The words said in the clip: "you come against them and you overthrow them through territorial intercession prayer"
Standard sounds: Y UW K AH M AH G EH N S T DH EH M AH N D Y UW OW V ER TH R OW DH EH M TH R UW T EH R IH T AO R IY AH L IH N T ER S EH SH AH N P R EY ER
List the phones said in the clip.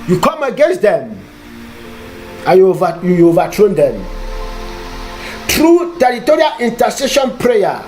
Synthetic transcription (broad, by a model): Y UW K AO M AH G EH N S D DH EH M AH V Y Y UW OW V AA T R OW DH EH M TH R UW T EH R IH T AO R IY AH L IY N T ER S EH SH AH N P R EY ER